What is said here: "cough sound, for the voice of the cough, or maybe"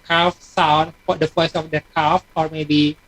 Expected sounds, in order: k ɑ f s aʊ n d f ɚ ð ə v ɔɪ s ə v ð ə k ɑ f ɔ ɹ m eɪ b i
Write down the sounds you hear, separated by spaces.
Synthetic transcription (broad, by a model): k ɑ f s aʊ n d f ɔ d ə f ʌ s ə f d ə k ɑ f ɔ ɹ m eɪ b i